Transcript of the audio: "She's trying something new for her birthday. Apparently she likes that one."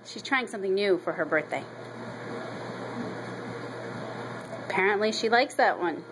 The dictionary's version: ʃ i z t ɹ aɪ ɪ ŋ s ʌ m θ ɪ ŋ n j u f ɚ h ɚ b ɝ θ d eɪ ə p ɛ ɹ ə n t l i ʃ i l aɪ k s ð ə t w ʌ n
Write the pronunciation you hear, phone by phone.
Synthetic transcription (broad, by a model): ʃ i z t ɹ aɪ ɪ ŋ s ʌ m θ ɪ ŋ n j u f ɚ ɚ b ɝ θ d eɪ ə p ɛ ɹ ə n t l i ʃ i l aɪ k s ð ə t w ʌ n